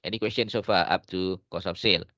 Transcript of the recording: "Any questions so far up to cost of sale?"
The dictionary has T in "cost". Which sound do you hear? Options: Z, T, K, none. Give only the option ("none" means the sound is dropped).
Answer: none